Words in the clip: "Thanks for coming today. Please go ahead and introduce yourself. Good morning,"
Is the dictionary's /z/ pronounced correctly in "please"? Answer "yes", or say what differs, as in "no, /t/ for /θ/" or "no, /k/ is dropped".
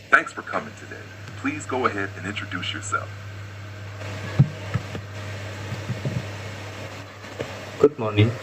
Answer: yes